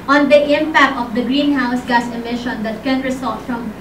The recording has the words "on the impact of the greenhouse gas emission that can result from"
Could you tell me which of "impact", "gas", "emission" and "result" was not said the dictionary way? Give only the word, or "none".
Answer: result